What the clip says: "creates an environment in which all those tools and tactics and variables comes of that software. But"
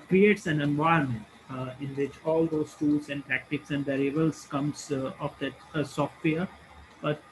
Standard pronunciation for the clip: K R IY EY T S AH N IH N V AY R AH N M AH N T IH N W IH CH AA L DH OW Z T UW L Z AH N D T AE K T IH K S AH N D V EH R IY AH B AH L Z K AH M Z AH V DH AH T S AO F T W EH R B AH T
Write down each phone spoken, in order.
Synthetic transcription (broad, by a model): K R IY EY T S AH N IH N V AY AH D M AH N T IH N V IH CH AA L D OW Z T UW L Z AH N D T AE K T IH K S AH N D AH R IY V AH L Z K AH M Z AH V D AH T S AO F T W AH R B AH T